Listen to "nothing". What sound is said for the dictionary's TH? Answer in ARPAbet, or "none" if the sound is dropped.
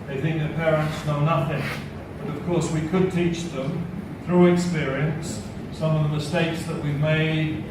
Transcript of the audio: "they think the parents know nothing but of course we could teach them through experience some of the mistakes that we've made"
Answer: TH